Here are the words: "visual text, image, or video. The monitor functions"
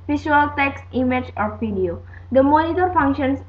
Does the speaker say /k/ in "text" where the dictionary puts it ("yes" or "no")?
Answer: yes